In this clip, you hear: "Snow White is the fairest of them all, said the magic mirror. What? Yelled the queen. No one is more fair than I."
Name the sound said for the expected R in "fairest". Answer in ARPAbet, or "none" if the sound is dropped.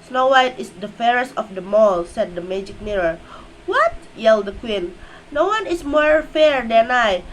R